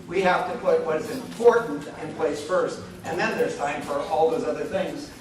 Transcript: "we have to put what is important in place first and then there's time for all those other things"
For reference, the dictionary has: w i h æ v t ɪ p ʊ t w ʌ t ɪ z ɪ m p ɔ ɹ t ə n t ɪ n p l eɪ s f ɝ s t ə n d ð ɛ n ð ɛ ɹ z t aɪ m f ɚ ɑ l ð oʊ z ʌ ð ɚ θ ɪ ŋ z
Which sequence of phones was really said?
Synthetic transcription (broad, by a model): w i h æ f t ɪ p ʊ t w ʌ t ɪ z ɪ m p ɔ ɹ t n t ɪ n p l eɪ s f ɝ s t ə n ð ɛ n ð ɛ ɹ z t aɪ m f ɚ ɑ l ð oʊ z ʌ ð ɚ θ ɪ ŋ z